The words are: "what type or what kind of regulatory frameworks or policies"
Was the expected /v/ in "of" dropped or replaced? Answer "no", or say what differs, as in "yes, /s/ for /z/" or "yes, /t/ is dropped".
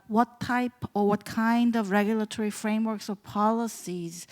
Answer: no